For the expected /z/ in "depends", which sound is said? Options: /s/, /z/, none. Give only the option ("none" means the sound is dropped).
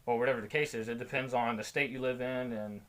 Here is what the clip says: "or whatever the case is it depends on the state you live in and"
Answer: /z/